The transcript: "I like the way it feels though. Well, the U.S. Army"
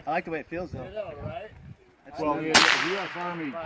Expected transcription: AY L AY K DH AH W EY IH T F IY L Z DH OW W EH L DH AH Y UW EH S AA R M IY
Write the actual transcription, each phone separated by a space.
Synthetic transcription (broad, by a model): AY L AY K DH AH W EY IH T F IY L Z DH OW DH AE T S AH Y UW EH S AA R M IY